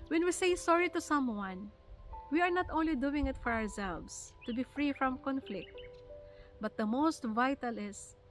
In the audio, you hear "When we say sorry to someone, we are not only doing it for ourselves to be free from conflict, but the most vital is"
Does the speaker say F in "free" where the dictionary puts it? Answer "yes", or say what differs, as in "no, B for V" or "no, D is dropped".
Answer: yes